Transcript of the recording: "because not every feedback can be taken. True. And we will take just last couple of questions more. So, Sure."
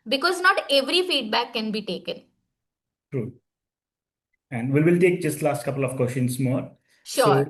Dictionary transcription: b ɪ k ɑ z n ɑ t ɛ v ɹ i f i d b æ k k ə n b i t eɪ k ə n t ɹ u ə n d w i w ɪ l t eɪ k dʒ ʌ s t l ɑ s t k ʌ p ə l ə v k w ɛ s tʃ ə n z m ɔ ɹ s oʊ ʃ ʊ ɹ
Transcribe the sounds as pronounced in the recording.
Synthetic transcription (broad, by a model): b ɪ k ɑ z n ɑ t ɛ v ɹ i f i d b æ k k ə n b i t eɪ k ə n t ɹ u ə n d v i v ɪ l t eɪ k dʒ ʌ s t l ɑ s t k ʌ p ə l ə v k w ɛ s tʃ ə n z m ɔ ɹ ʃ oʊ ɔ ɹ